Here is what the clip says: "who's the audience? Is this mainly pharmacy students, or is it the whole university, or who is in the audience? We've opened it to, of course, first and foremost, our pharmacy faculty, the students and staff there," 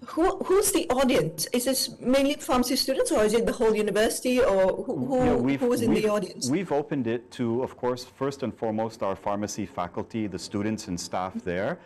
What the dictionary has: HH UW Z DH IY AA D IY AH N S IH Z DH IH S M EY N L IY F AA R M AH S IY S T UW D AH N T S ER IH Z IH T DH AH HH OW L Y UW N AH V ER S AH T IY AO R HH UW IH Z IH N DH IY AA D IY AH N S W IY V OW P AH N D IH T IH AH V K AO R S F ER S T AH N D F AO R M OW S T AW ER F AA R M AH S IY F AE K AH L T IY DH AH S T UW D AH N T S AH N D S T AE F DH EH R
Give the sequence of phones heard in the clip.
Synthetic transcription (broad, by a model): HH UW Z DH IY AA D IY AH N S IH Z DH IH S M EY N L IY F AA R M AH S IY S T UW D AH N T S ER IH Z IH T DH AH HH OW L Y UW N AH V ER S AH T IY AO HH HH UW IH Z IH N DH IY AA D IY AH N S W IY V OW P AH N D IH T IH AH V K AO R S F ER S T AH N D F AO R M OW S T AW ER F AA R M AH S IY F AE K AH L T IY DH AH S T UW D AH N T S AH N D S T AE F DH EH R